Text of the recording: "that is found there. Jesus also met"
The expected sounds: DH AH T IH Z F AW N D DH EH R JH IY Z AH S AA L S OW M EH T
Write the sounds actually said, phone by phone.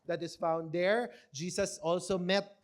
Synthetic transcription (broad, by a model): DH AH T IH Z F AW N D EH R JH IY S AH S AA L S OW M EH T